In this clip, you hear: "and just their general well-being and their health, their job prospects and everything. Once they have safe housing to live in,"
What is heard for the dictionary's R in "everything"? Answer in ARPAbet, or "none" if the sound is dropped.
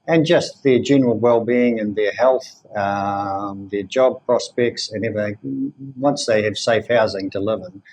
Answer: none